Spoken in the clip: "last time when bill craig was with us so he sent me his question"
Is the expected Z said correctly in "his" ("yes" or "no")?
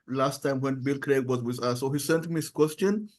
no